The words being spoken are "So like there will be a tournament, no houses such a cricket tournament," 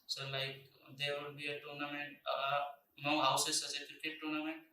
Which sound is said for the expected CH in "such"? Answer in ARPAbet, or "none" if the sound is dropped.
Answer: S